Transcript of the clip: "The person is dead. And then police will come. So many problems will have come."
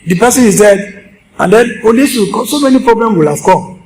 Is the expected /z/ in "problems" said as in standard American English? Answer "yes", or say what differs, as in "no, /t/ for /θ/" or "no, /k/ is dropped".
no, /z/ is dropped